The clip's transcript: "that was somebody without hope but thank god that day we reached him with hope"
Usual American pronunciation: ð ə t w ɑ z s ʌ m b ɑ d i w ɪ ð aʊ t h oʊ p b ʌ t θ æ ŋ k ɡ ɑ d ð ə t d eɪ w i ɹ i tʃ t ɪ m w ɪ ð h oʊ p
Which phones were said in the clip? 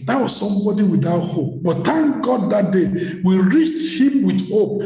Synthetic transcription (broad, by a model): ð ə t w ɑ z s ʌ m b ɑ d i w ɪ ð aʊ t h oʊ p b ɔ t t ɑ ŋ ɡ ɑ d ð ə t d eɪ w i ɹ i tʃ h ɪ m w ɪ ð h oʊ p